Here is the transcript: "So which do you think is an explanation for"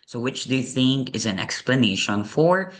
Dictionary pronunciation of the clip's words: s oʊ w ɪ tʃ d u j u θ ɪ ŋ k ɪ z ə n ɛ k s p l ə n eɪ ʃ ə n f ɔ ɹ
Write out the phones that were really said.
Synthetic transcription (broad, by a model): s oʊ w ɪ tʃ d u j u θ ɪ ŋ k ɪ z ə n ɛ k s p l ə n eɪ ʃ ə n f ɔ ɹ